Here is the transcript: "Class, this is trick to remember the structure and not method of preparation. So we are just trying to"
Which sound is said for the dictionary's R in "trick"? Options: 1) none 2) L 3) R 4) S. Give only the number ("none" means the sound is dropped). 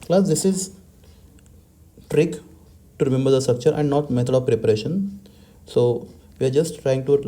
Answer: 3